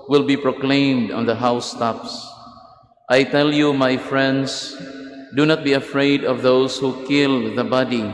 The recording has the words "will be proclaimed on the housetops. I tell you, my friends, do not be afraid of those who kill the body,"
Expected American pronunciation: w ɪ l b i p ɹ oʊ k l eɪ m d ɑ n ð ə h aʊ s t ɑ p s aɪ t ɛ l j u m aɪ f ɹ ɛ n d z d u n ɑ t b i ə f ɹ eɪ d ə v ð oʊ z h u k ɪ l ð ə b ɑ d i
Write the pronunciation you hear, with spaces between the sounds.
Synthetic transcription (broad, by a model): w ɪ l b i p ɹ oʊ k l eɪ m d ɑ n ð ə h aʊ s t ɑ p s aɪ t ɛ l j u m aɪ f ɹ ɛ n d s d u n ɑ t b i ə f ɹ eɪ d ə v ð oʊ s h u k ɪ l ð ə b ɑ d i